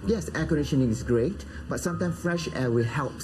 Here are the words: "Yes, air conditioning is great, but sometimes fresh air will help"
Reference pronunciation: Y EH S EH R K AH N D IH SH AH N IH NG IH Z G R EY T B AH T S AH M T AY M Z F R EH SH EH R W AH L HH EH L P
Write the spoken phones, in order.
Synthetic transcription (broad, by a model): Y EH S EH K AH N D IH SH AH N IH NG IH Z G R EY T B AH T S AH M T AY M S F R EH SH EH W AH HH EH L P